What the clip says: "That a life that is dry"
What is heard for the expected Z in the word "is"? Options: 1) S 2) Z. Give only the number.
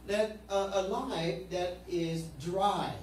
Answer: 2